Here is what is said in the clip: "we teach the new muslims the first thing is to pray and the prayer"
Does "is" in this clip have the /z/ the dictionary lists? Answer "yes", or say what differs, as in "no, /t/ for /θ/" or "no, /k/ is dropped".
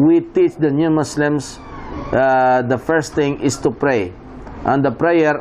no, /s/ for /z/